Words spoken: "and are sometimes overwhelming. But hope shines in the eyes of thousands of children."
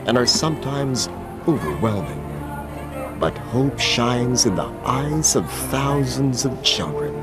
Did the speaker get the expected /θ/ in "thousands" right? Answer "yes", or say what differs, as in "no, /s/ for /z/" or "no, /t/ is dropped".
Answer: yes